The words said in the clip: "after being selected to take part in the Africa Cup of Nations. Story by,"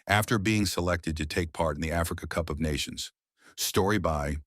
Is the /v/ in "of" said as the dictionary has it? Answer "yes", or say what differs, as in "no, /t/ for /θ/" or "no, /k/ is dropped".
yes